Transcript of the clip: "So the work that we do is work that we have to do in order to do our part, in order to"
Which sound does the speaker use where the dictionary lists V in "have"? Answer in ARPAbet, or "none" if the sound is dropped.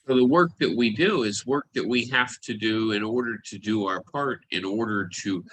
F